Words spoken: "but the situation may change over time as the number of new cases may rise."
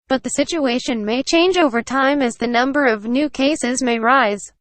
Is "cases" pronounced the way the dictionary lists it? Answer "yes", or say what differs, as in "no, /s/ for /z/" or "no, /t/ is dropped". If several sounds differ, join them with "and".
yes